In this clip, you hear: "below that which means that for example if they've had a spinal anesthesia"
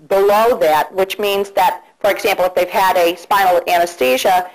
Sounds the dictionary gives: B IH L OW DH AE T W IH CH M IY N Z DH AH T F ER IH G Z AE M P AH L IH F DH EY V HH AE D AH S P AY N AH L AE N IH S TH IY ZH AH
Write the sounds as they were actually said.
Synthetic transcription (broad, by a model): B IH L OW DH AE T W IH CH M IY N Z DH AH T F ER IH G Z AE M P L IH F DH EY V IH D AH S P AY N L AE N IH S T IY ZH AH